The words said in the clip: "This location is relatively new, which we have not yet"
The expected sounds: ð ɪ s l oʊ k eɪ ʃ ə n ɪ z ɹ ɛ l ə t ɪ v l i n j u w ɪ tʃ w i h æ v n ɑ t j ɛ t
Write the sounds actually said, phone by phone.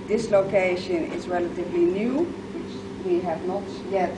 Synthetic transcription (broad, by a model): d ɪ s l oʊ k eɪ ʃ ə n ɪ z ɹ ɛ l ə t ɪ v l i n j u w ɪ tʃ w i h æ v n ɑ t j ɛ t